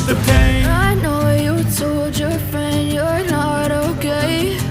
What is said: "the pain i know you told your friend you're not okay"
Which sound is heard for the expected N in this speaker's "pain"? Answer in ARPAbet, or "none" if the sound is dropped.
none